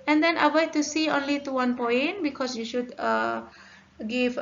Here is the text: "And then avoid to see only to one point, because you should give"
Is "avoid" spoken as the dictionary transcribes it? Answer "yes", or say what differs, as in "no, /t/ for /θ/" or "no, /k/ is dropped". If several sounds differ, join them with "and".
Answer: no, /w/ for /v/